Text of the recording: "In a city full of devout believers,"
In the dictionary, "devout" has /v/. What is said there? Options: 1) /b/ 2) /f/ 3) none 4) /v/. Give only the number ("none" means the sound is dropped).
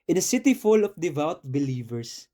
4